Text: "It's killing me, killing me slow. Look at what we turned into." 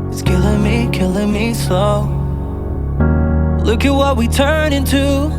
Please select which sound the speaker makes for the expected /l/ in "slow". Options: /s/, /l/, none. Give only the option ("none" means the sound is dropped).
none